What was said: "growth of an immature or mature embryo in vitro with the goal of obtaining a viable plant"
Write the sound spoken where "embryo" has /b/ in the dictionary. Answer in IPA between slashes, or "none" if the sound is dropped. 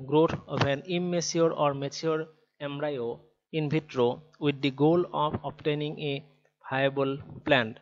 none